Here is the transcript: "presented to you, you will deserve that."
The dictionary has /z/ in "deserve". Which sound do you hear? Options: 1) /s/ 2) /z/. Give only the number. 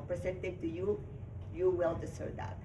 1